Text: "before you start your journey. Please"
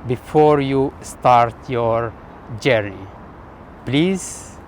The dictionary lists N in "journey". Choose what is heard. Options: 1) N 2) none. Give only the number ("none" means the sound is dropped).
2